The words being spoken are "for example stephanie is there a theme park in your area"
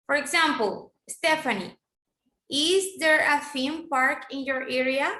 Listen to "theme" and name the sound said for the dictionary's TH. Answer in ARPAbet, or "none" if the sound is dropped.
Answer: F